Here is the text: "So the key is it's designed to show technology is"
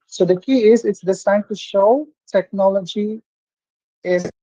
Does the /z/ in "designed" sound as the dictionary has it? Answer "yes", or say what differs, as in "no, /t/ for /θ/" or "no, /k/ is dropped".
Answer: no, /s/ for /z/